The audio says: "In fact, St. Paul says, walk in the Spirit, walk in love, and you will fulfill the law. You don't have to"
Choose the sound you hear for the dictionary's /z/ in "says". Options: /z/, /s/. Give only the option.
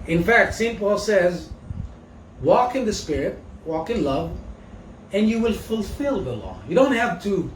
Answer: /z/